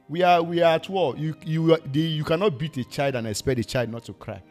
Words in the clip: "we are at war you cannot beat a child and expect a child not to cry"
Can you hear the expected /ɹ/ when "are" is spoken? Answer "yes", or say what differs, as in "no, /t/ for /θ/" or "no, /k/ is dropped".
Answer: no, /w/ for /ɹ/